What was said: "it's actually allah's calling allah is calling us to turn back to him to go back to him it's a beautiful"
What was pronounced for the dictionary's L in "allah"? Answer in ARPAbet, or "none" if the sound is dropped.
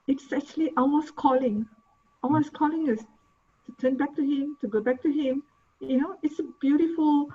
W